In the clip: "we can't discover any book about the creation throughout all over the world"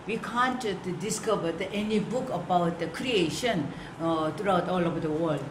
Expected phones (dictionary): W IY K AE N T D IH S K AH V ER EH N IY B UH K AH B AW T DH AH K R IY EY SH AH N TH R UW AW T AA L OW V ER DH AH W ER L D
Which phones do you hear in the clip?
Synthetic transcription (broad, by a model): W IY K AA N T D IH S K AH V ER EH N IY B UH K AH B AW T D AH K R IY EY SH AH N T R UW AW T AA L OW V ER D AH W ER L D